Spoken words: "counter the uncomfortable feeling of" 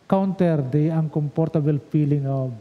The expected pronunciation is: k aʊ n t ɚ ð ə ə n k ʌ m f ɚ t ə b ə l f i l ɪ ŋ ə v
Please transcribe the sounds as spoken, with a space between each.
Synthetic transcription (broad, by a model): k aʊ n t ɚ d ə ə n k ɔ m p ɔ t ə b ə l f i l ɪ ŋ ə